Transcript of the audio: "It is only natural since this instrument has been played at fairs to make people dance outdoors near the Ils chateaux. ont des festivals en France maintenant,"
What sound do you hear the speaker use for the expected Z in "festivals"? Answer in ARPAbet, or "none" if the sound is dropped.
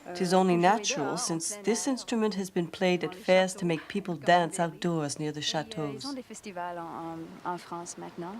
none